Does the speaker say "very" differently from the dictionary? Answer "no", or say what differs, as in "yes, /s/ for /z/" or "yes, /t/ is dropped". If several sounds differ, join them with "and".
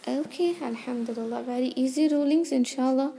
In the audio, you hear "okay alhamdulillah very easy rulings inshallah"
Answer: yes, /b/ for /v/